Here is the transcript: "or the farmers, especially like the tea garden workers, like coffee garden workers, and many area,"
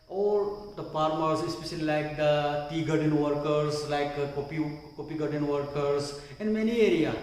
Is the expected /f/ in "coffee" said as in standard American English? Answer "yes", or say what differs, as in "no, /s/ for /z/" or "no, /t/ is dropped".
no, /p/ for /f/